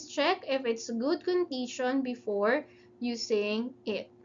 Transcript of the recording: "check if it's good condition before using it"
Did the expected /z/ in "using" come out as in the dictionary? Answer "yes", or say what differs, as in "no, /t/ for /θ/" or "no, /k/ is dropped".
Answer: no, /s/ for /z/